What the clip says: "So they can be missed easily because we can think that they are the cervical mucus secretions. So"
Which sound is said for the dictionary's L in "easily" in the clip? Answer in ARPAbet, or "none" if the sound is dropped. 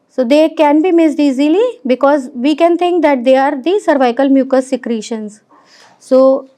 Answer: L